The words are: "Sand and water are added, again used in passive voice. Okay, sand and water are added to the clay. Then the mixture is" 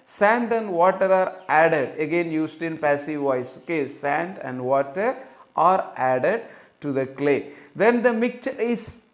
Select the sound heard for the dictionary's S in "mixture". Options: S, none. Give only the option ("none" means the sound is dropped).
none